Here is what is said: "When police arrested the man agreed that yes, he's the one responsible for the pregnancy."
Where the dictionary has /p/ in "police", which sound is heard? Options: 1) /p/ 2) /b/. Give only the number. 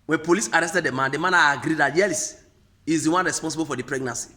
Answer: 1